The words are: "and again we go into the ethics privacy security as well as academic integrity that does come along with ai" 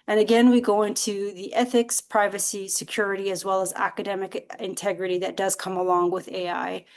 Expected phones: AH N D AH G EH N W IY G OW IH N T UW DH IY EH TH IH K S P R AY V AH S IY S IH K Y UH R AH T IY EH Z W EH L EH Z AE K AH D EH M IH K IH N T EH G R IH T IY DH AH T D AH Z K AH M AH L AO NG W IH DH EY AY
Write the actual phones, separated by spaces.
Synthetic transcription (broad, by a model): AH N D AH G EH N W IY G OW IH N T UW DH IY EH TH IH K S P R AY V AH S IY S IH K Y UH R AH T IY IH Z W EH L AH Z AE K AH D EH M IH K IH N T EH G R IH T IY DH AH T D AH Z K AH M AH L AO NG W IH DH EY AY